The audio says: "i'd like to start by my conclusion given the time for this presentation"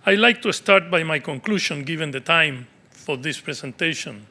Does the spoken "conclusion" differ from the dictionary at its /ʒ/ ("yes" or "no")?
yes